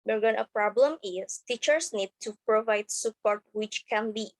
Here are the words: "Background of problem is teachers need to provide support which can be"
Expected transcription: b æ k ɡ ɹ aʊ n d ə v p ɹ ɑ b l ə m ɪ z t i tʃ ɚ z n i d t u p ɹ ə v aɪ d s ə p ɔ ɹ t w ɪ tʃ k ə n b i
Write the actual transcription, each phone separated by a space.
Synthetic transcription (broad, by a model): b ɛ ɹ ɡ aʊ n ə p ɹ ɑ b l ə m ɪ s t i tʃ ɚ s n i d t u p ɹ ə v aɪ d s ə p ɔ ɹ t w ɪ tʃ k ə n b i